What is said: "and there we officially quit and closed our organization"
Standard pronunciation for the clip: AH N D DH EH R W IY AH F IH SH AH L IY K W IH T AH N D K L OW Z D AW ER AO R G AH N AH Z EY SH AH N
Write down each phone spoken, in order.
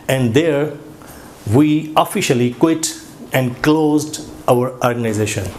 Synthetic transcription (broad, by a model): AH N D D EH R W IY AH F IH SH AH L IY K W IH T AH N D K L OW Z D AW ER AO R G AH N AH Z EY SH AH N